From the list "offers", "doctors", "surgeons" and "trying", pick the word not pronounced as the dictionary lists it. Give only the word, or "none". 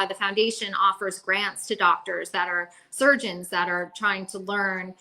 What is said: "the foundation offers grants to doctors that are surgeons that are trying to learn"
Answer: none